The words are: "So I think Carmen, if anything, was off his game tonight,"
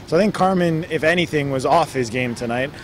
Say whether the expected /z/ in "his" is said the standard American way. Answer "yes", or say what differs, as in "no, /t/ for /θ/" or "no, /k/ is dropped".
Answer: yes